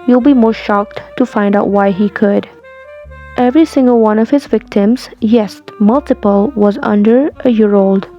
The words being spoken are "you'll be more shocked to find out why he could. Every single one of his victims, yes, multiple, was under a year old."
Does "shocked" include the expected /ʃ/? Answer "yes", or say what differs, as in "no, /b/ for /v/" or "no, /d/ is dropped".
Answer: yes